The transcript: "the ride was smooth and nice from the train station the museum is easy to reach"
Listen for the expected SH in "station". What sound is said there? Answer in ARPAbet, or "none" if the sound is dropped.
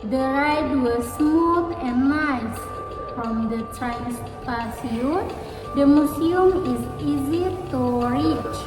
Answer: S